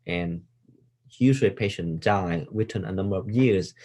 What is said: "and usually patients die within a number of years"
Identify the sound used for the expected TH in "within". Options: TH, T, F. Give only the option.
T